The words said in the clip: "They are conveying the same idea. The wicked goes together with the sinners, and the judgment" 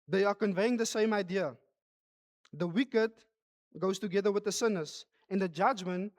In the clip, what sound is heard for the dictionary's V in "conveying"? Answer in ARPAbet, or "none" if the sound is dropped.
V